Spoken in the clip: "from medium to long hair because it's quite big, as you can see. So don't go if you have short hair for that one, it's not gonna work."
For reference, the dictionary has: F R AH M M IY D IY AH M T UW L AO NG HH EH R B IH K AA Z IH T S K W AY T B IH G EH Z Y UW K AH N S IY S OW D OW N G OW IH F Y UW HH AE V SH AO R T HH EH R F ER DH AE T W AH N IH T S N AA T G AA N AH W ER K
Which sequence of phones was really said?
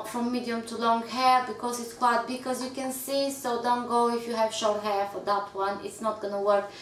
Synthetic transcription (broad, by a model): F R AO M M IY D IY AH M T UW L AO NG HH EH R B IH K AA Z IH T S K W AY T B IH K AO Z Y UW K AH N S IY S OW D OW N G OW IH F Y UW HH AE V SH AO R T HH EH R F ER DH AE T W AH N IH T S N AA T G AA N AH W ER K